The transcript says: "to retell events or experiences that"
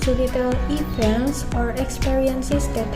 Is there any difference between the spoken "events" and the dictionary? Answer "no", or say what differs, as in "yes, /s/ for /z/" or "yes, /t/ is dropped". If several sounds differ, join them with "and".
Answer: yes, /p/ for /v/